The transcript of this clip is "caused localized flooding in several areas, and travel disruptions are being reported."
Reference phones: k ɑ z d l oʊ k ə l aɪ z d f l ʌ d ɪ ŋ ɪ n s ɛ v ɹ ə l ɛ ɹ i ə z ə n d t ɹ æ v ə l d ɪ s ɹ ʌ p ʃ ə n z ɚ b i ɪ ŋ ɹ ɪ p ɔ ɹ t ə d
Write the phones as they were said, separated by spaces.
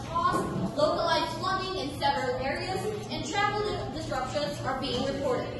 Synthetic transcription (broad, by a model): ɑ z l oʊ k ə l aɪ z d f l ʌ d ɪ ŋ ɪ n s ɛ v ɹ ə l ɛ ɹ i ə z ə n t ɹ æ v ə l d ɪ s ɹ ʌ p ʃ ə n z ɚ b i ɪ ŋ ɹ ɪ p ɔ ɹ t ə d